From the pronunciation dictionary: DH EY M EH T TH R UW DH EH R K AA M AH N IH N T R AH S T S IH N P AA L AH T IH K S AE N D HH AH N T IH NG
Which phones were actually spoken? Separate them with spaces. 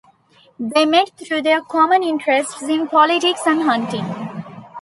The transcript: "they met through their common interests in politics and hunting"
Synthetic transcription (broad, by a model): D EY M EH T T R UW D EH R K AA M AH N IH N T R AH S T S IH N P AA L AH T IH K S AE N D HH AH N T IH NG